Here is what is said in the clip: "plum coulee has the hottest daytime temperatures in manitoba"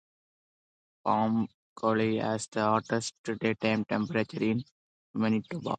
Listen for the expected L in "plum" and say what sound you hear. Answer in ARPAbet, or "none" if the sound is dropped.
none